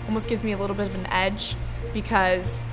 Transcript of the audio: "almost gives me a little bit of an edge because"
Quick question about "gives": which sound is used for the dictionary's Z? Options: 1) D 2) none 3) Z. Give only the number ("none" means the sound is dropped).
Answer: 3